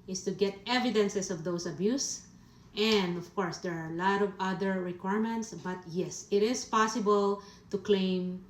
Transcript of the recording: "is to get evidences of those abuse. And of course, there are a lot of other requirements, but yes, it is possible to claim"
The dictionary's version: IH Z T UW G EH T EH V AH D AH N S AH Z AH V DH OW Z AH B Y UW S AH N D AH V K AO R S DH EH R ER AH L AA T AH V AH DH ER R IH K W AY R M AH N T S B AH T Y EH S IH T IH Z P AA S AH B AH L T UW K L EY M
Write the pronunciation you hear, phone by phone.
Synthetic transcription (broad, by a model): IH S T UW G EH T EH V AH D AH N S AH S AH V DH OW S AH B Y UW S AH N D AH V K AO R S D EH R AH L AA T AH V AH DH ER R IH K W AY R M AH N T S B AH T Y EH S IH T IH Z P AA S AH B AH L T UW K L EY M